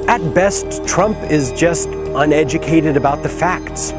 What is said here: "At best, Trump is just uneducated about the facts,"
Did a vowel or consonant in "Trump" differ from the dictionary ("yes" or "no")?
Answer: no